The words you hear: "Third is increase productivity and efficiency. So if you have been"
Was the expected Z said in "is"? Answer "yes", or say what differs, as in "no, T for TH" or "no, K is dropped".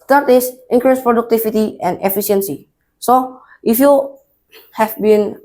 no, S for Z